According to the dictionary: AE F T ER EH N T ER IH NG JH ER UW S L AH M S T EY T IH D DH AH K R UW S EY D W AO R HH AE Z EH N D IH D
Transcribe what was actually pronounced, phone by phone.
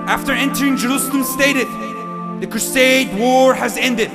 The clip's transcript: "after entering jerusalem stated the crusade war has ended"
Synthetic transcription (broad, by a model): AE F T ER EH N T ER IH NG JH ER UW S L AH M S T EY T IH D DH AH K R UW S EY D W AO R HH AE Z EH N D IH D